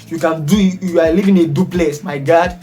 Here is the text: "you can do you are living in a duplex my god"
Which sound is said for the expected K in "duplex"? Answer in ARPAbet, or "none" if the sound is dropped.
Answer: none